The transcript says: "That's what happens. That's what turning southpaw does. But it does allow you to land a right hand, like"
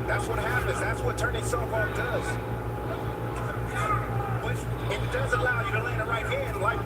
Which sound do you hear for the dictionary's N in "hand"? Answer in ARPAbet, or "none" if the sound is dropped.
N